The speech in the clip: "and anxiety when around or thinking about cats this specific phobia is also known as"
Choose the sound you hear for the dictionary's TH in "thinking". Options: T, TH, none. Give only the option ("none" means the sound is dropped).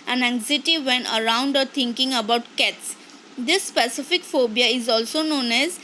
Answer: T